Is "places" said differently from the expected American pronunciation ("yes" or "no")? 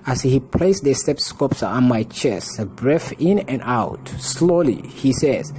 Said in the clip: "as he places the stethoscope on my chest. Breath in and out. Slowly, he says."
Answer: yes